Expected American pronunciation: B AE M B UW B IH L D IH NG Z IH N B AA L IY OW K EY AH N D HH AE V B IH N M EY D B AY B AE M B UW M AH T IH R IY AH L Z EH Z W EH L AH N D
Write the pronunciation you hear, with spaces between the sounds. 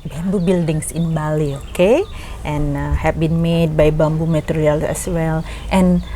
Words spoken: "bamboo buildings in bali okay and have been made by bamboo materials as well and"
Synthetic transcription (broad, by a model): B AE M B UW B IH L D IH NG S IH N B AA L IY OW K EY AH N HH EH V B IH N M EY D B AY B AE M B UW M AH T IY R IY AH L EH S W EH L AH N